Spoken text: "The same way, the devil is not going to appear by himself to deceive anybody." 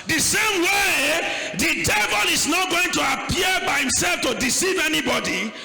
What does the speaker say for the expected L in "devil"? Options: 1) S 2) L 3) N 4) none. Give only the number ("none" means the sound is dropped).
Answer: 2